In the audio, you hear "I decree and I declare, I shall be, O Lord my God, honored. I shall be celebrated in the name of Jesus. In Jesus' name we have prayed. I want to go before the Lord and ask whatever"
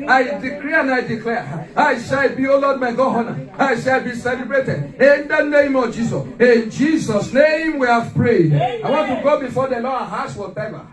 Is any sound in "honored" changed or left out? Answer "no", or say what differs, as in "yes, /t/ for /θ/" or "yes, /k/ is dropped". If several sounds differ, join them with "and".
yes, /d/ is dropped